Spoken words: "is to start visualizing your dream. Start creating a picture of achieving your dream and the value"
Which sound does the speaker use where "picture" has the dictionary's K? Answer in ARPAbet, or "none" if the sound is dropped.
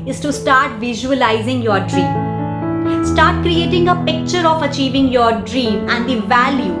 K